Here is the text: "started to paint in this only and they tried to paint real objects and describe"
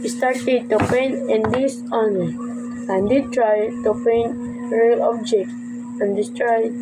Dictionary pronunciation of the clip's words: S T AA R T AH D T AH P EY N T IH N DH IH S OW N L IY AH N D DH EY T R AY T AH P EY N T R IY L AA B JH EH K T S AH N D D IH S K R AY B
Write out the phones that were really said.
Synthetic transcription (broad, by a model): S T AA R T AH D T AH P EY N IH N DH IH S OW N IY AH N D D T R AY T AH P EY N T R IY L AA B JH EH K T AH N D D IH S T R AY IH